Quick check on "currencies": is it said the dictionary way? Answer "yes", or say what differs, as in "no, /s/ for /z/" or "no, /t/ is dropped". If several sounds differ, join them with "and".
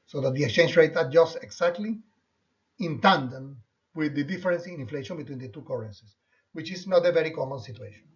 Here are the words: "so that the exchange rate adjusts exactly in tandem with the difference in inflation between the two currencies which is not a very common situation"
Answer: no, /s/ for /z/